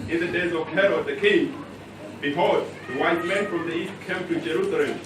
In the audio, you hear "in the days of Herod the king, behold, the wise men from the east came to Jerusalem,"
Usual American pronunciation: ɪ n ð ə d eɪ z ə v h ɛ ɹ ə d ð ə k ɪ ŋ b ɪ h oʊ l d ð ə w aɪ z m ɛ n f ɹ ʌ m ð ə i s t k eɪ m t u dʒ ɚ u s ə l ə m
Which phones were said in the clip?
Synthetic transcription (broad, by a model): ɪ n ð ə d eɪ z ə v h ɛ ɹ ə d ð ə k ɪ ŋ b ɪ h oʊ d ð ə w aɪ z m ɛ n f ɹ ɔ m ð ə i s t k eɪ m t u dʒ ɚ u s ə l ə m